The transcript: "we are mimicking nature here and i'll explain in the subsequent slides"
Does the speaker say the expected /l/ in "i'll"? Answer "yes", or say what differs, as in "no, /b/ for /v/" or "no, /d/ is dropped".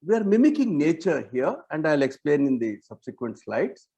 yes